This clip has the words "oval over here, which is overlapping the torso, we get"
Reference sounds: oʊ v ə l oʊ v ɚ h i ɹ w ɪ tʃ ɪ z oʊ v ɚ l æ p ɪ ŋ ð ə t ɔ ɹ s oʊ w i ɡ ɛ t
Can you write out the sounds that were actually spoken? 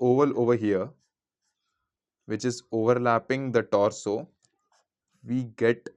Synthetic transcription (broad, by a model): oʊ v ə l oʊ v ɚ h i ɹ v ɪ tʃ ɪ z oʊ v ɚ l æ p ɪ ŋ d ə t ɔ ɹ s oʊ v i ɡ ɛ t